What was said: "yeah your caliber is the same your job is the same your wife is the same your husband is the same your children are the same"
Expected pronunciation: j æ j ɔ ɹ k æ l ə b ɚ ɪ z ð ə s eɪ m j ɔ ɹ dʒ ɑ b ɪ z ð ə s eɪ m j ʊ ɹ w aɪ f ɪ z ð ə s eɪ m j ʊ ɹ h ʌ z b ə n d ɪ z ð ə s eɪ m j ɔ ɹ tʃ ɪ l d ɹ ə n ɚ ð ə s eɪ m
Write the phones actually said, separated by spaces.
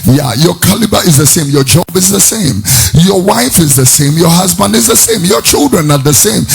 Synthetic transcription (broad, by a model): j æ j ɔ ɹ k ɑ l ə b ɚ ɪ z ð ə s eɪ m j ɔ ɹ dʒ ɑ b ɪ z ð ə s eɪ m j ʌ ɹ w aɪ f ɪ z ð ə s eɪ m j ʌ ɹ h ʌ z b ə n d ɪ z ð ə s eɪ m j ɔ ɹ tʃ ɪ l d ɹ ə n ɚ ð ə s eɪ m